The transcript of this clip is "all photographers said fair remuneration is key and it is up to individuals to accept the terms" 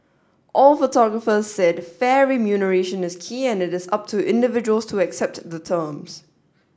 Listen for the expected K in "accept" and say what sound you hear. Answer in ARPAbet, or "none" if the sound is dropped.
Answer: K